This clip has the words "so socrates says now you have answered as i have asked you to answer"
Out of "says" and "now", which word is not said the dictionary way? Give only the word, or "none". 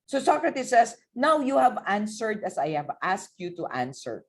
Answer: says